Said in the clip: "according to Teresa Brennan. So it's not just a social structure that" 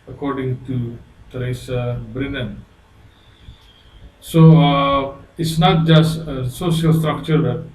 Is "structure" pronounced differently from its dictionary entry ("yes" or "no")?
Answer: no